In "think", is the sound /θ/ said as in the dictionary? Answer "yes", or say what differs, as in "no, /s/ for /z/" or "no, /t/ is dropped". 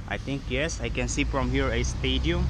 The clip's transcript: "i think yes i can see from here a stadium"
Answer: no, /t/ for /θ/